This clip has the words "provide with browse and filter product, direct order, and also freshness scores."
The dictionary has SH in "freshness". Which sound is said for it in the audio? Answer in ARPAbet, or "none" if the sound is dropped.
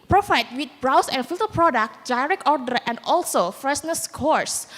S